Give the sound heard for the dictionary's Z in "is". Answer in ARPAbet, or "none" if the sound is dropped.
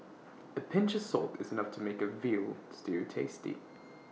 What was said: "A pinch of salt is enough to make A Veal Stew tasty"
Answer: Z